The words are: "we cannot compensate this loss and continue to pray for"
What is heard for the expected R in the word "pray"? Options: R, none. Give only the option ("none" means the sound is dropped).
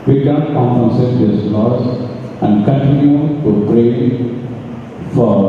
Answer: R